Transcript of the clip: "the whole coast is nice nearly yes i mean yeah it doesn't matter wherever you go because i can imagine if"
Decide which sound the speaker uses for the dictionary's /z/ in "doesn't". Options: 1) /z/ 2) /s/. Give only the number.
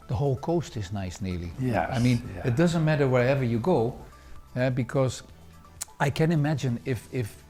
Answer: 1